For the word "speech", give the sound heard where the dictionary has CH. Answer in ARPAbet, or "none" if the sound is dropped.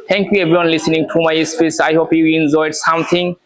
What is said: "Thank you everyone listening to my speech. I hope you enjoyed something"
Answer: S